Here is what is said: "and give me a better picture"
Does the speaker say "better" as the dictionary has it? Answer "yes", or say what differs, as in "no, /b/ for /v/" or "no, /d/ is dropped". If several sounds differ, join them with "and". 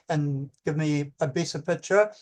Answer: no, /s/ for /t/